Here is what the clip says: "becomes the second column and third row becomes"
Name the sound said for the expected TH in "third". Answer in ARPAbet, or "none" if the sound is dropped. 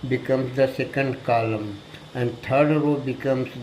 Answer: T